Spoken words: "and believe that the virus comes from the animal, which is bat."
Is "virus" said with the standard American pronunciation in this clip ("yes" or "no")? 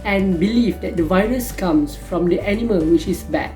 yes